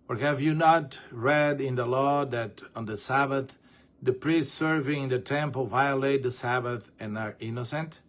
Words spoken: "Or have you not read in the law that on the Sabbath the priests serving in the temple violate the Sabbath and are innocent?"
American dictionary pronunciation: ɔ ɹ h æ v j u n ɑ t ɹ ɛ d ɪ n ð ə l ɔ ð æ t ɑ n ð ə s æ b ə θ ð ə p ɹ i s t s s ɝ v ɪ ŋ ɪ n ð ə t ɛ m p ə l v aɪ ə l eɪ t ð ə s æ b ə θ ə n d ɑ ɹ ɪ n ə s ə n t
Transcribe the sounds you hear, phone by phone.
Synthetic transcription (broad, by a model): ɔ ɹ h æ v j u n ɑ t ɹ ɛ d ɪ n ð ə l ɔ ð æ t ɑ n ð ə s æ b ə θ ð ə p ɹ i s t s s ɝ v ɪ ŋ ɪ n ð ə t ɛ m p ə l v aɪ ə l eɪ t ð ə s æ b ə θ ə n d ɑ ɹ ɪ n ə s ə n t